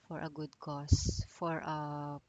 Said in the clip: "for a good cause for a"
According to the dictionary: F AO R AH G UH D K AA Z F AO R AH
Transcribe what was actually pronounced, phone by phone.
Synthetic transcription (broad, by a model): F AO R AH G UH D K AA S F AO R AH